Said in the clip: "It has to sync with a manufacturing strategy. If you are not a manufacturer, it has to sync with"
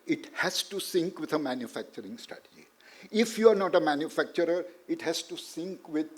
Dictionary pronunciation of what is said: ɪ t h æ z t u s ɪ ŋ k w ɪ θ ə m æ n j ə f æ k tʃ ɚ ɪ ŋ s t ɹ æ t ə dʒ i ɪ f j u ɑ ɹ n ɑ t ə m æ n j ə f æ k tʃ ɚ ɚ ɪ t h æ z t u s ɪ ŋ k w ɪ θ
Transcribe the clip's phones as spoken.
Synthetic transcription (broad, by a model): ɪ t h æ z t u s ɪ ŋ k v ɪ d ə m æ n j ə f æ k tʃ ɚ ɪ ŋ s t ʌ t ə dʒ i ɪ f j u ɑ ɹ n ɑ t ə m æ n j ə f æ k tʃ ɚ ɚ ɪ t h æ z t u s ɪ ŋ k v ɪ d